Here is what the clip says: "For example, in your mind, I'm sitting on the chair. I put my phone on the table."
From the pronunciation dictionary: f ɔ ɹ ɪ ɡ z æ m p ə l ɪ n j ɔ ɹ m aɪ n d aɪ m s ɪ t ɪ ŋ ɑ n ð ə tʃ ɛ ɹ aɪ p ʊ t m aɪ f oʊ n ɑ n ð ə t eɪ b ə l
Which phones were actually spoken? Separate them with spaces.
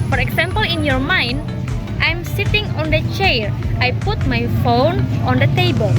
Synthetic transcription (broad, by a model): f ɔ ɹ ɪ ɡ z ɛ m p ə l ɪ n j ɔ ɹ m aɪ n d aɪ m s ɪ t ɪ ŋ ɑ n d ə tʃ ɛ ɹ aɪ p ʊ t m aɪ f oʊ n ɑ n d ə t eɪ b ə l